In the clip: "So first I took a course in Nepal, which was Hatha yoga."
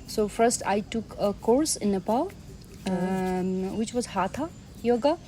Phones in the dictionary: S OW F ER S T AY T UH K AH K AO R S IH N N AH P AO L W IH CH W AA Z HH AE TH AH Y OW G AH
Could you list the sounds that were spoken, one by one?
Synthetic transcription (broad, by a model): S OW F ER S T AY T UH K AH K AO R S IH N N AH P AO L W IH CH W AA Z HH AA T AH Y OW G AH